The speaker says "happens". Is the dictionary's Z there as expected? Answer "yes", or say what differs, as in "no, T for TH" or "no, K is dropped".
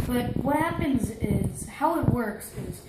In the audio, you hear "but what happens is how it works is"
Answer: yes